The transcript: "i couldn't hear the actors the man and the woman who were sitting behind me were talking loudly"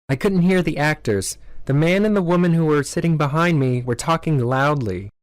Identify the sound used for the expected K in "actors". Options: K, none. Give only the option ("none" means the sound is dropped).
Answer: K